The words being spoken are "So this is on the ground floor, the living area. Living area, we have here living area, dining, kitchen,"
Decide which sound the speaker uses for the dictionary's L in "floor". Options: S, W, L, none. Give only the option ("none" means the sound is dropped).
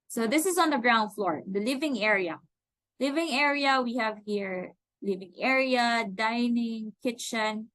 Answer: L